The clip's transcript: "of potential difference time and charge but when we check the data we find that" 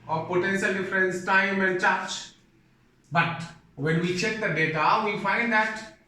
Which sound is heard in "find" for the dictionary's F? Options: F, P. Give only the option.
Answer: F